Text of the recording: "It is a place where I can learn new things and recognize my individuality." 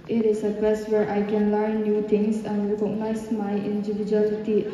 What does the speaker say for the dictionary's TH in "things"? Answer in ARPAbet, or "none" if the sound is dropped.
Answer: T